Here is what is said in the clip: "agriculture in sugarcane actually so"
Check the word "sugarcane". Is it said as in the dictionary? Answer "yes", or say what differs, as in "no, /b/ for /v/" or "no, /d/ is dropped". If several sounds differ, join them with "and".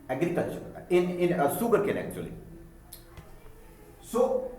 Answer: no, /s/ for /ʃ/